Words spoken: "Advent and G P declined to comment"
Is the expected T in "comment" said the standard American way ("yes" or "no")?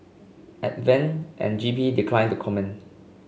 no